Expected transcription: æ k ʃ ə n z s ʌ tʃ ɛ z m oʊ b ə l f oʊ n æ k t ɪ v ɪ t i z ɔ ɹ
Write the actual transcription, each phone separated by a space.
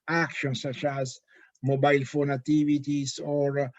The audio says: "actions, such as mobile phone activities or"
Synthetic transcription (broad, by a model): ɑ k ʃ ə n s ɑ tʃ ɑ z m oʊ b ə l f oʊ n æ t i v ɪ t i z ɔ ɹ